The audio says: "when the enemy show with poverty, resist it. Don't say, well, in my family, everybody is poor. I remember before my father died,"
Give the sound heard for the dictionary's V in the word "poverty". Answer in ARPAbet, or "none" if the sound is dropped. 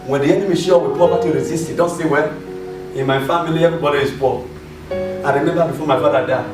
P